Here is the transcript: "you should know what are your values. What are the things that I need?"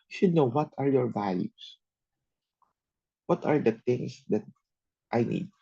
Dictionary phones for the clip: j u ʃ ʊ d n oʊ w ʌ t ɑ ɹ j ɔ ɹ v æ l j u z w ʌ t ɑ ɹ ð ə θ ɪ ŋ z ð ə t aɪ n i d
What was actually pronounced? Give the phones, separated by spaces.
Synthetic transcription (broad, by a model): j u ʃ ʊ d n oʊ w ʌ t ɑ ɹ j ɔ ɹ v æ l j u s w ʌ t ɑ ɹ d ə t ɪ ŋ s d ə t aɪ n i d